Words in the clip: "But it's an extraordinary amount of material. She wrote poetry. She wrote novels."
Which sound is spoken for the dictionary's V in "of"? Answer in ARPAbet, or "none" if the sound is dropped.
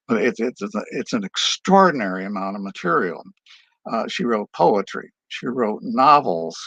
V